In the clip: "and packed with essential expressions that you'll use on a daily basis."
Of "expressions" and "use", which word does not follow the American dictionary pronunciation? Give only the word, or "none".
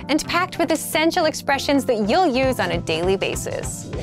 none